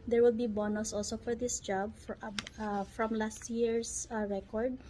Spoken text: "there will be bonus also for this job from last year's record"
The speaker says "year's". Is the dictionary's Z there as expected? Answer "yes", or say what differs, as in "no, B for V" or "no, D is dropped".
no, S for Z